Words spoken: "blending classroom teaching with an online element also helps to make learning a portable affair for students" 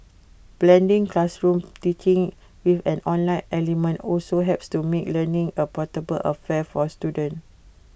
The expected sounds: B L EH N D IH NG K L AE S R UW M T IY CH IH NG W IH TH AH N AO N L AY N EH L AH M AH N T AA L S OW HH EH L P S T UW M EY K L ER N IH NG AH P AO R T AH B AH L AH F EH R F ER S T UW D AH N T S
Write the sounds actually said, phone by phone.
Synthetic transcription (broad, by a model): B L EH N D IH NG K L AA S R UW M T IY CH IH NG W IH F AH N AO N L AY N EH L AH M AH N T AA L S OW HH EH P S T UW M EY K L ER N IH NG AH P AO T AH B AH L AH F EH F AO S T UW D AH N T